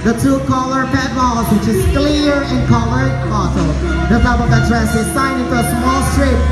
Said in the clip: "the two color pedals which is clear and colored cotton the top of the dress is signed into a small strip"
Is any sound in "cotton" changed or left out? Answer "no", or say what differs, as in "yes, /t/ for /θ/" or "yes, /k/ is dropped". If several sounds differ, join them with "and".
yes, /l/ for /n/